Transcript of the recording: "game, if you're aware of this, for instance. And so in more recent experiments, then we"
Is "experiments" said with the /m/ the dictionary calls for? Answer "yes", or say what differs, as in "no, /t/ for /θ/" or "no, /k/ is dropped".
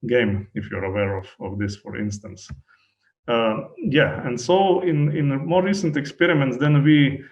yes